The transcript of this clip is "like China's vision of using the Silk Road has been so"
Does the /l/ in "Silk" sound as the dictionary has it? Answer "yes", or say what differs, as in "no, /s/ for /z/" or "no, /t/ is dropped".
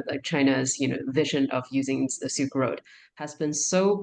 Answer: no, /l/ is dropped